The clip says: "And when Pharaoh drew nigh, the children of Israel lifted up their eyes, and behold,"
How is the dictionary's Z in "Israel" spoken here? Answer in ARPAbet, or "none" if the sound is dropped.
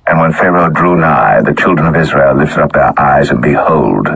Z